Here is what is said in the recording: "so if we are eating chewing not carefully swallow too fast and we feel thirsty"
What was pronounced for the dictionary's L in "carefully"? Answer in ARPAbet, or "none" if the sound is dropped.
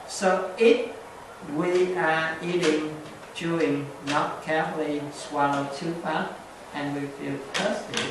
L